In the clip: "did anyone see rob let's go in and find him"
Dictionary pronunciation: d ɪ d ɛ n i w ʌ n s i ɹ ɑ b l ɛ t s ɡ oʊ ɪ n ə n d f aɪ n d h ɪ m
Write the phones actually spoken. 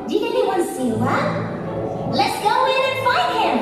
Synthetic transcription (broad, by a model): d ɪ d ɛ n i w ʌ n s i w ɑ l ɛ t s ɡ oʊ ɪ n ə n f aɪ n d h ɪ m